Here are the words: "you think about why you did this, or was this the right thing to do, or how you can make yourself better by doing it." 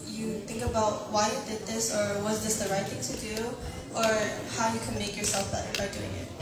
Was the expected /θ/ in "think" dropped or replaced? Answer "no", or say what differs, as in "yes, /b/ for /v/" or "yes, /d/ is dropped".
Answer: no